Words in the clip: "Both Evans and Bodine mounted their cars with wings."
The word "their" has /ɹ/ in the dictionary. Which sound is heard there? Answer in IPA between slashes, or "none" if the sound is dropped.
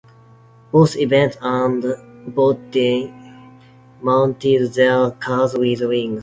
/l/